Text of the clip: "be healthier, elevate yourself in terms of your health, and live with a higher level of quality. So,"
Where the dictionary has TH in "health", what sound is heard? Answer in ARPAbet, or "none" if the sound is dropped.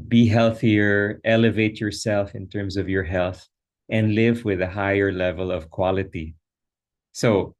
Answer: TH